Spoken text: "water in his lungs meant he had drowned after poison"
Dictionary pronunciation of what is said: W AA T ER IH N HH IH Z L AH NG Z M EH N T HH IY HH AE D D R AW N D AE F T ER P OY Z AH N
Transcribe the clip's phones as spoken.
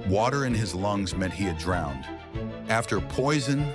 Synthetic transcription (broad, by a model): W AA T ER IH N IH Z L AH NG Z M EH T HH IY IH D D R AW N D AE F T ER P OY Z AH N